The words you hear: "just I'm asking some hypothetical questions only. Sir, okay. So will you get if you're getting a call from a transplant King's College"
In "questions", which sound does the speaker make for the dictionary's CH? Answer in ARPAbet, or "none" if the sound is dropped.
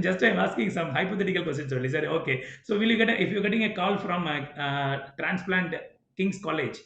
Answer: none